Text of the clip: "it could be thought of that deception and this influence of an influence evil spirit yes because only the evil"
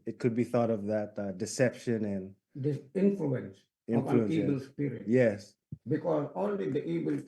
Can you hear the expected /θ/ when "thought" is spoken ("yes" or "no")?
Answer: yes